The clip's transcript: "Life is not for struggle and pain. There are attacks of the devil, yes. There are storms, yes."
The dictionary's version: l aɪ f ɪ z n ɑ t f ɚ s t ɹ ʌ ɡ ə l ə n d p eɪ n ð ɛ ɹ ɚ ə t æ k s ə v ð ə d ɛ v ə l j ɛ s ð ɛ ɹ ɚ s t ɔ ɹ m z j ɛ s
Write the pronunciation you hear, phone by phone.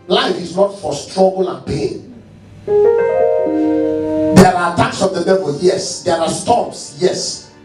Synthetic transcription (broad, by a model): l aɪ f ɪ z n ɑ t f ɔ s t ɹ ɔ ɡ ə l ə n p eɪ n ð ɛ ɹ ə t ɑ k s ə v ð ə d ɛ v ə l j ɛ s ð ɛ ɹ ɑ s t ɔ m s j ɛ s